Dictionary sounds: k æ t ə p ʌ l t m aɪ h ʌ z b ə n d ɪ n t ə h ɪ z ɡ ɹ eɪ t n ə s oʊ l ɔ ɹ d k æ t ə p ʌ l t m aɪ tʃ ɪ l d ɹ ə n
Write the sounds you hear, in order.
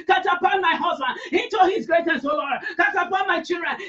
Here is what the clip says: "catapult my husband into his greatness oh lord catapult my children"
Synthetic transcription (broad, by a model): k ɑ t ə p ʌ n m aɪ h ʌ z b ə n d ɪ t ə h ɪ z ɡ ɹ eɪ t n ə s oʊ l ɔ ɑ k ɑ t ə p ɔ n m aɪ tʃ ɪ l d ɹ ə n